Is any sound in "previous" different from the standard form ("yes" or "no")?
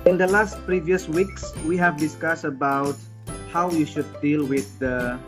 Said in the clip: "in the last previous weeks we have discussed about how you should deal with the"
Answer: no